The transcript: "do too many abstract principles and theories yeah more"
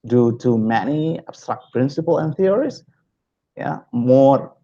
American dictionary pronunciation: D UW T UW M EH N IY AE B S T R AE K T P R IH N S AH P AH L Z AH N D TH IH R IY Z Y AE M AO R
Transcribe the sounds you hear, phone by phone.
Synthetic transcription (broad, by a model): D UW T UW M EH N IY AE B S T R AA K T P R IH N S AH P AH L AH N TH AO R IY S Y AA M AO